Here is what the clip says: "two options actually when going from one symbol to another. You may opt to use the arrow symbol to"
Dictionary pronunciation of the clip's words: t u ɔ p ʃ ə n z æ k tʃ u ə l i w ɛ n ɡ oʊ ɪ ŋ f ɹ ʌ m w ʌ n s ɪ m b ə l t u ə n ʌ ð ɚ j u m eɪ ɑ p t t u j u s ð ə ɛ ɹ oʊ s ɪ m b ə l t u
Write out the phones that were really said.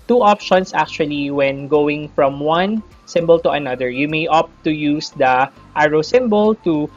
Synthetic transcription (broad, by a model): t u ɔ p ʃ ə n s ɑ k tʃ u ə l i w ɛ n ɡ oʊ ɪ ŋ f ɹ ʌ m w ʌ n s ɪ m b ə l t u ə n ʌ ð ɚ j u m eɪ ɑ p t t u j u s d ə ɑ ɹ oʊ s ɪ m b ə l t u